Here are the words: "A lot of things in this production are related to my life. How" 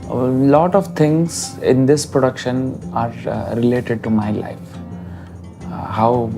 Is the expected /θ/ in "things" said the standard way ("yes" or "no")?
no